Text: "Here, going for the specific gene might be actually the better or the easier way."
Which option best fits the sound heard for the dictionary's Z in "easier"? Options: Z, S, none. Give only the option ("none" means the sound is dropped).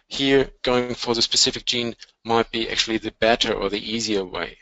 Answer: Z